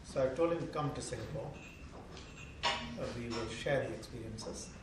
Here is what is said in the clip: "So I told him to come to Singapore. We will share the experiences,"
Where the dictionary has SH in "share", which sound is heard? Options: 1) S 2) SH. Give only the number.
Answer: 2